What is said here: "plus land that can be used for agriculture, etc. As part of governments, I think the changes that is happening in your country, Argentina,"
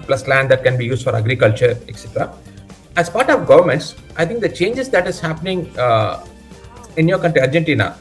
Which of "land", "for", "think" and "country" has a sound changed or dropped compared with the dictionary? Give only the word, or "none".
think